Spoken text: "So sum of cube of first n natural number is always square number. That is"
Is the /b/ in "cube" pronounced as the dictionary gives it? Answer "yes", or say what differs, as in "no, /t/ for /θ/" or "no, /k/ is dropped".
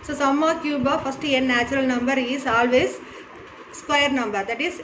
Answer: yes